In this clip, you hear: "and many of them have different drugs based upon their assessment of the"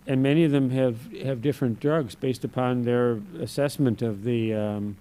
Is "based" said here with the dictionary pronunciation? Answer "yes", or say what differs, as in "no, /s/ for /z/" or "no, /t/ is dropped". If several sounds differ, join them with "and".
yes